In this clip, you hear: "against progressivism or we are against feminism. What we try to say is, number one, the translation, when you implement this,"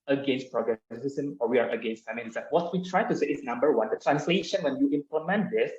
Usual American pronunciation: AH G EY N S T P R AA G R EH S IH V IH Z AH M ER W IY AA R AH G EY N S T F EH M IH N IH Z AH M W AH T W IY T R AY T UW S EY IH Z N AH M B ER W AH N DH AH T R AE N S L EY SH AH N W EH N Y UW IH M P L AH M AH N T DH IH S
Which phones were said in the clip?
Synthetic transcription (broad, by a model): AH G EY N S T P R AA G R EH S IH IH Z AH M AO W IY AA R AH G EY N S T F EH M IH L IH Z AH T W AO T W IY T R AY T UW S EY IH S N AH M B ER W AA N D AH T R AE N S L EY SH AH N W EH N Y UW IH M P L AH M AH N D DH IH S